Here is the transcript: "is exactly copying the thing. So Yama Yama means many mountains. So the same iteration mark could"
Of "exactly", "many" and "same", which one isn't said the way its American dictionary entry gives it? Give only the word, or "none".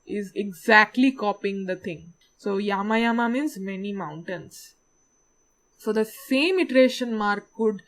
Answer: none